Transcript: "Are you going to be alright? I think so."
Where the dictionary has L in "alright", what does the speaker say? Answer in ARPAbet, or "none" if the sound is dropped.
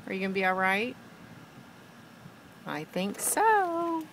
L